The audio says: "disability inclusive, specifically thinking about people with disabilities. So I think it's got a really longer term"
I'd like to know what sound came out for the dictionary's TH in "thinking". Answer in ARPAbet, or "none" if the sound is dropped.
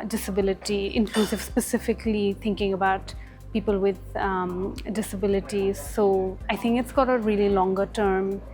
T